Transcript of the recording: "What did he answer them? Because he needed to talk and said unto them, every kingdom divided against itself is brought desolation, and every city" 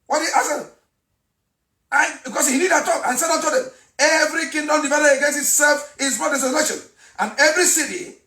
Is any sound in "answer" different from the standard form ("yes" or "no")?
yes